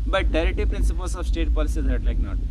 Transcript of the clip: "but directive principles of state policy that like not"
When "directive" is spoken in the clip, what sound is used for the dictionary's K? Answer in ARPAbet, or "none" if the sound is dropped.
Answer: none